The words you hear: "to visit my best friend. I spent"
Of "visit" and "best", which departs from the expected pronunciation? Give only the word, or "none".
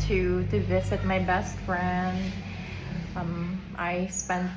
none